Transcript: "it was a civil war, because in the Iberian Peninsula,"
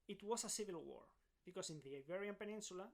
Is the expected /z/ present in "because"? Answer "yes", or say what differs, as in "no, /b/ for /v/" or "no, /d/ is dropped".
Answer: no, /s/ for /z/